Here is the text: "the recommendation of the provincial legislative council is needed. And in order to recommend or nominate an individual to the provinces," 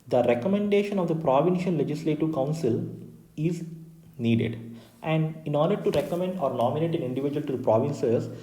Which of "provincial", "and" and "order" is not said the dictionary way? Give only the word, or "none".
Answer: provincial